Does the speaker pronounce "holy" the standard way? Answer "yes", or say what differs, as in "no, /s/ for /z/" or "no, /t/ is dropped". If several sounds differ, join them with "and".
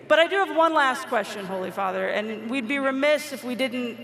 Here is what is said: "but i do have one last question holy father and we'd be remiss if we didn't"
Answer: yes